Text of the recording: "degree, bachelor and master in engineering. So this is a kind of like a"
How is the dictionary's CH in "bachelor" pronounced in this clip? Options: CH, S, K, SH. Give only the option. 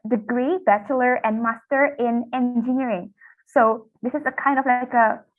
CH